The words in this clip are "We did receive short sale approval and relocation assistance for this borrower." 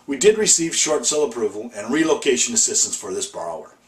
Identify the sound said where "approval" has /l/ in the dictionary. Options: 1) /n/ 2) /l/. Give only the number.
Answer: 2